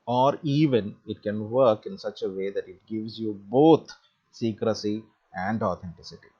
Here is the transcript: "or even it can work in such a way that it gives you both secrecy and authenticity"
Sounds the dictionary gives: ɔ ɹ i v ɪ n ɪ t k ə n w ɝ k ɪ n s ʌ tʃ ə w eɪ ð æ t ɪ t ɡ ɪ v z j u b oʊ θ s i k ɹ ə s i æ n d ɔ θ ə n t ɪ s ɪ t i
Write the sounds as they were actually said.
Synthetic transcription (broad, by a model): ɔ ɹ i v ɪ n ɪ t k ə n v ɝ k ɪ n s ʌ tʃ ə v eɪ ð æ t ɪ t ɡ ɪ v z j u b oʊ t s i k ɹ ə s i æ n d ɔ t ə n t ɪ s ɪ t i